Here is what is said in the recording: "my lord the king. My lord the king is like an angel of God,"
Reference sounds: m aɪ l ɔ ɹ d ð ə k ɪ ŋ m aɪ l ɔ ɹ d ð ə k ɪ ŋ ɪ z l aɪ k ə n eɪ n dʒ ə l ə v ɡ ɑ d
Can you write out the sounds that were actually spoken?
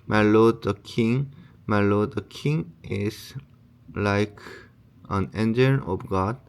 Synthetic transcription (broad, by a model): m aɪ l ɔ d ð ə k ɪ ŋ m aɪ l ɔ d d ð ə k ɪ ŋ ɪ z l aɪ k ə n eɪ n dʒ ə n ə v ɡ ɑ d